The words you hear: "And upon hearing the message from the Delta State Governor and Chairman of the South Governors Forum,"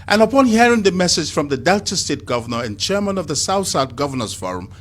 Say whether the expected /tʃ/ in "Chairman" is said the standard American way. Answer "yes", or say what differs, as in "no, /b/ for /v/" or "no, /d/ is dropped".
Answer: yes